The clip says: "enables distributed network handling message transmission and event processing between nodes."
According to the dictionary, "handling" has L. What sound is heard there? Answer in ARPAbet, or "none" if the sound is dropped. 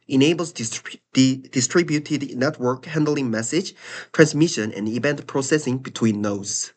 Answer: L